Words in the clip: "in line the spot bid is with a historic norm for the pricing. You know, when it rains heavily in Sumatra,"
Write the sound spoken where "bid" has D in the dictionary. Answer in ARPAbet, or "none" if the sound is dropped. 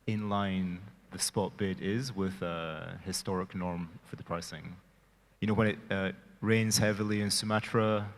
D